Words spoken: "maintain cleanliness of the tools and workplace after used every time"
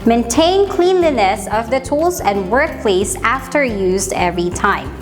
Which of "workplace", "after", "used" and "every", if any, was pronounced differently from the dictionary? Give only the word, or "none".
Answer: none